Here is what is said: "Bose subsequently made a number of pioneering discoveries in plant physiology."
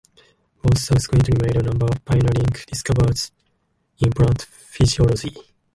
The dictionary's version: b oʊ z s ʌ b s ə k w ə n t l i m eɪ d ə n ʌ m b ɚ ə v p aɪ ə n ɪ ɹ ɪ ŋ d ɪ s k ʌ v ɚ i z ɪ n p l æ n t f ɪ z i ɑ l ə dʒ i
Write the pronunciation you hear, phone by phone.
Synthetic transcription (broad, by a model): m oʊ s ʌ s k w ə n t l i m eɪ d ə n ʌ m b ɚ ə v p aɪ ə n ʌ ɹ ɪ ŋ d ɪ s k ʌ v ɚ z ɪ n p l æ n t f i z i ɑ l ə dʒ i